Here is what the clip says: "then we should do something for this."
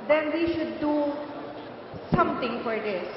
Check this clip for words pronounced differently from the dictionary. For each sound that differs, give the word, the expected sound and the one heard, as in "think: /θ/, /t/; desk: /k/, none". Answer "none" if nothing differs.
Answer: something: /θ/, /t/